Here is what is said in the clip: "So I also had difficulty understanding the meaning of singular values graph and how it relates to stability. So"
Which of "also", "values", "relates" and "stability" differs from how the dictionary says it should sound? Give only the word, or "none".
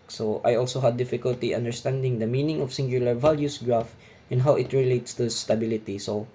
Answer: values